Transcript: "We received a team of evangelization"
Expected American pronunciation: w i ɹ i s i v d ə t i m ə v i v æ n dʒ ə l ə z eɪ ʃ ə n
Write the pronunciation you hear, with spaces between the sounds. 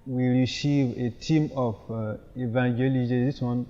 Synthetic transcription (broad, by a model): w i ɹ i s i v ə t i m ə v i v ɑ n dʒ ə l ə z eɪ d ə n